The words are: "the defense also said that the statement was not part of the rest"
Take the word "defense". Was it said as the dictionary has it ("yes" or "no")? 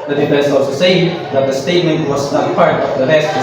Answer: no